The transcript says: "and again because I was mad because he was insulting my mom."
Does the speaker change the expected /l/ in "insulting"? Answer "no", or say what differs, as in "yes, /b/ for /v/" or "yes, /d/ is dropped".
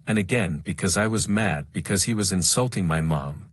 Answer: no